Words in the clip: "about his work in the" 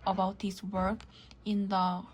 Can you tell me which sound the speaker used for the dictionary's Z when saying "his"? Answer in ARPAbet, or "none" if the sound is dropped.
S